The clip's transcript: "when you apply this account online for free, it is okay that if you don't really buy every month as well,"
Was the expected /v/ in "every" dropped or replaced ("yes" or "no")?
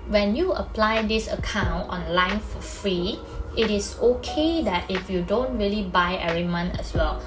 yes